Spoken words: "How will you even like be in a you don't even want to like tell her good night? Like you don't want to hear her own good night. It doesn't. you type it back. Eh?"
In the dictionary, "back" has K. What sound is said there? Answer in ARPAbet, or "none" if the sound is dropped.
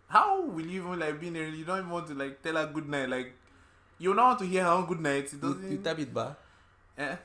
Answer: none